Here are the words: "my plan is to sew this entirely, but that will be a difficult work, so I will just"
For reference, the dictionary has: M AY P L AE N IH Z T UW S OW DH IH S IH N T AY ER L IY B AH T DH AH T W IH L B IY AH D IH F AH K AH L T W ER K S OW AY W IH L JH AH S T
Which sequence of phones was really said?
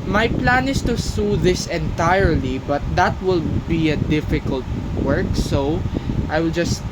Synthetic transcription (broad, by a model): M AY P L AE N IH S T UW S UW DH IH S IH N T AY ER L IY B AH T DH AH T W IH L B IY AH D IH F AH K AH L T W ER K S OW AY W IH L JH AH S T